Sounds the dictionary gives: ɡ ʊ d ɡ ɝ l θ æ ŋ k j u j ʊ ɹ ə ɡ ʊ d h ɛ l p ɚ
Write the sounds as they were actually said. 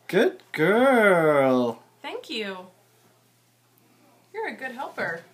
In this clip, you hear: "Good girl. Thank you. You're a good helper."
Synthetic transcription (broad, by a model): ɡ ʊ d ɡ ɝ l θ æ ŋ k j u j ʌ ɹ ə ɡ ʊ d h ɛ l p ɚ